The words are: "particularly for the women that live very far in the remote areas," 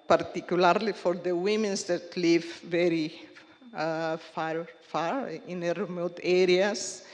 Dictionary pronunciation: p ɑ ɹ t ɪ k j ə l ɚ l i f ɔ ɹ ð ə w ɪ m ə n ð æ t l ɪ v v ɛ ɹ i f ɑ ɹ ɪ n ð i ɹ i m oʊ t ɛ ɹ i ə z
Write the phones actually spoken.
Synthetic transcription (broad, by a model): p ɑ ɹ t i k j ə l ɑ l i f ɔ ɹ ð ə w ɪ m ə n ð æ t l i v v ɛ ɹ i f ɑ ɹ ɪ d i ɹ i m oʊ t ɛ ɹ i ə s